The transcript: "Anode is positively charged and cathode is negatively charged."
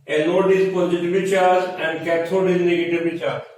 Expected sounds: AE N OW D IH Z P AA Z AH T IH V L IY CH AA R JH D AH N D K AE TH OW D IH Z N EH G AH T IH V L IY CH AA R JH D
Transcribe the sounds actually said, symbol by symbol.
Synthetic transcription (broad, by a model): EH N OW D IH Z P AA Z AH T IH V IY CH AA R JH AH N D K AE T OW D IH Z N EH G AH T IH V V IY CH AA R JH